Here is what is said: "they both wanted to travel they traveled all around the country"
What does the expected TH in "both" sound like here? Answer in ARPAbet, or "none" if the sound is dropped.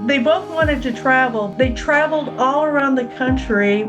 TH